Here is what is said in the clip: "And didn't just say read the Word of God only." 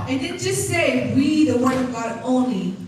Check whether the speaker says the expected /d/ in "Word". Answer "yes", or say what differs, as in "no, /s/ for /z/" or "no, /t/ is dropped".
no, /d/ is dropped